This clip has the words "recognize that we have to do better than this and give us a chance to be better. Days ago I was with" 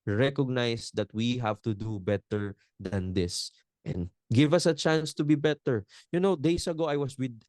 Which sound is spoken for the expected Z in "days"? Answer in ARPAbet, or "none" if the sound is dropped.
S